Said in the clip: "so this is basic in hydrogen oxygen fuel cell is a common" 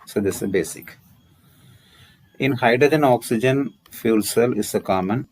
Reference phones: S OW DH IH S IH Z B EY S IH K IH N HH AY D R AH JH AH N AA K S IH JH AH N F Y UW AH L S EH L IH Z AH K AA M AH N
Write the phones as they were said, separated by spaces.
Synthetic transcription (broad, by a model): S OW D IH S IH B EY S IH K IH N HH AY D AH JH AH N AA K S IH JH AH N F Y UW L S EH L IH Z AH K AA M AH N